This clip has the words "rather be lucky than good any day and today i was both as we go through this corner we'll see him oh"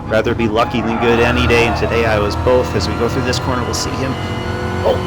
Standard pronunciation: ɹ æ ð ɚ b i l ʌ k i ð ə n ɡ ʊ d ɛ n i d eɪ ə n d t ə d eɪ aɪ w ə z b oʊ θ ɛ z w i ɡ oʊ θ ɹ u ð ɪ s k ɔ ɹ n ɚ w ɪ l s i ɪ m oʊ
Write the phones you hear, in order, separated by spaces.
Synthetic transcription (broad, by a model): ɹ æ ð ɚ b i l ʌ k i ð ə n ɡ ʊ d ɛ n i d eɪ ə n t ə d eɪ aɪ w ə z b oʊ θ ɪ z w i ɡ oʊ θ ɹ u ð ɪ s k ɔ ɹ n ɚ w ɪ l s i ɪ m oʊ